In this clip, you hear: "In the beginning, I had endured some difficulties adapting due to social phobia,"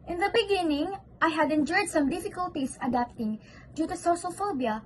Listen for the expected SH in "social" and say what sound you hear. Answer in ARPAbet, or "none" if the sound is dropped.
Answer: S